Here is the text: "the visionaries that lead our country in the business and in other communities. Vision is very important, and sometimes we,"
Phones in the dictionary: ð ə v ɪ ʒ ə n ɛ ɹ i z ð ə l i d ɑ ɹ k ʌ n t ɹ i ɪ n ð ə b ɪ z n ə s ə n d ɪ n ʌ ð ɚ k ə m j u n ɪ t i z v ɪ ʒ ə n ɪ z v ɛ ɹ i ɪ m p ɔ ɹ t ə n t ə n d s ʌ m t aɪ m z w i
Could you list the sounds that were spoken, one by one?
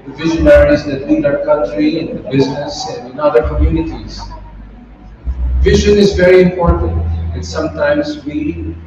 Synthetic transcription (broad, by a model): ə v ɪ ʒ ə n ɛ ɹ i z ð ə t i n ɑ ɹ k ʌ n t ɹ i ɪ n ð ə b ɪ z n ə s ə n d ɪ n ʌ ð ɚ k ə m j u n ɪ t i z v ɪ ʒ ə n ɪ z v ɛ ɹ i ɪ m p ɔ ɹ t ə n t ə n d s ʌ m t aɪ m z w i